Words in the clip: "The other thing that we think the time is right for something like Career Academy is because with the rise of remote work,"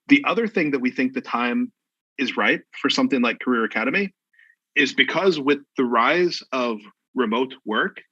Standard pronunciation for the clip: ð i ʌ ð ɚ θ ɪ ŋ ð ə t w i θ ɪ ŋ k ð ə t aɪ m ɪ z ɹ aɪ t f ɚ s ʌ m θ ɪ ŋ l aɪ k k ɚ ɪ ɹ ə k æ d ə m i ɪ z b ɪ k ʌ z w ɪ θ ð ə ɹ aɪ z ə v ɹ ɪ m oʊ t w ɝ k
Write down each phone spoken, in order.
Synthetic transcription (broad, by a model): ð i ʌ ð ɚ θ ɪ ŋ ð ə t w i θ ɪ ŋ k ð ə t aɪ m ɪ z ɹ aɪ t f ɚ s ʌ m θ ɪ ŋ l aɪ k k ɚ ɪ ɹ ə k æ d ə m i ɪ z b ɪ k ʌ z w ɪ ð ə ɹ aɪ z ə v ɹ ɪ m oʊ t w ɝ k